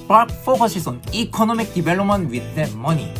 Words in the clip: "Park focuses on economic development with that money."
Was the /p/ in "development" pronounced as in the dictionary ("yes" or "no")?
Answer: no